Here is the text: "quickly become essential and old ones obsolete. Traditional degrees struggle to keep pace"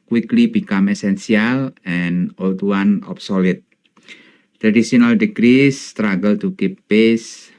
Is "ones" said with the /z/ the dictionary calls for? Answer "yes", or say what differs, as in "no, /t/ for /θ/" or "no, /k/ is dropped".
no, /z/ is dropped